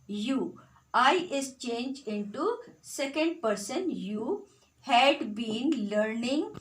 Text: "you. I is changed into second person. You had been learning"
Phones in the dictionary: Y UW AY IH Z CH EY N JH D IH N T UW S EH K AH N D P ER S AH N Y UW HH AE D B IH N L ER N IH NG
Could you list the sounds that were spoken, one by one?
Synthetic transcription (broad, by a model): Y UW AY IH S CH EY N JH IH N T UW S EH K AH N D P ER S AH N Y UW HH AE D B IH N L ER N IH NG